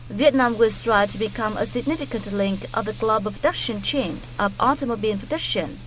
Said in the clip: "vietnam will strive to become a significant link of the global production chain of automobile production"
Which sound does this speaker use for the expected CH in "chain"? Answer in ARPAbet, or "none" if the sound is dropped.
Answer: CH